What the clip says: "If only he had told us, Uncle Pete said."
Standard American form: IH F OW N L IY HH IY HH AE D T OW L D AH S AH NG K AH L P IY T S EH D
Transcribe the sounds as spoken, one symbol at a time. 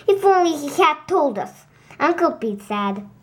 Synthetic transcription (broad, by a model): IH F OW N L IY HH IY HH AE D T OW L D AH S AH NG K AH L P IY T S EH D